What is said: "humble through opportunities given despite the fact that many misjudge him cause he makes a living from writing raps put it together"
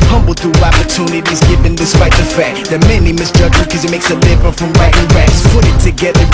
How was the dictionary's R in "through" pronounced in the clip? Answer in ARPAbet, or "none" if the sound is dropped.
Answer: none